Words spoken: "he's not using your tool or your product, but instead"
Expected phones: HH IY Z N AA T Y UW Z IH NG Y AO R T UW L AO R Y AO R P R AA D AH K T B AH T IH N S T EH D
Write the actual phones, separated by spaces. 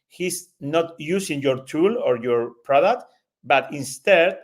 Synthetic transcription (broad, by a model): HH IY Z N AA T Y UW S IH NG Y AO R T UW L AO R Y AO R P R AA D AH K T B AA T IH N S T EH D